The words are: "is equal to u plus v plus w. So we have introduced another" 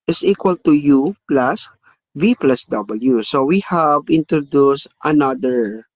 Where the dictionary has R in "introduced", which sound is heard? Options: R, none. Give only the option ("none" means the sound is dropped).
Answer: R